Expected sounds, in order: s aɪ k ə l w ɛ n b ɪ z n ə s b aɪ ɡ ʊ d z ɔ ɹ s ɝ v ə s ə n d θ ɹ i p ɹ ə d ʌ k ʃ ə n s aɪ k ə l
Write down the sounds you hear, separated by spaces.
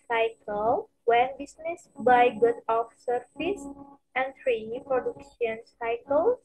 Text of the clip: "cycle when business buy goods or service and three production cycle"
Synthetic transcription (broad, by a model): s aɪ k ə l w ɛ n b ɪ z n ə s b aɪ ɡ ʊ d ɔ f s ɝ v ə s ə n d t ɹ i p ɹ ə d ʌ k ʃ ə n s aɪ k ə l